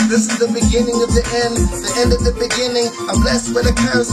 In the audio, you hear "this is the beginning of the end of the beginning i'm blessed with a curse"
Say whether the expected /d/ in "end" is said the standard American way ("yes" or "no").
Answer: yes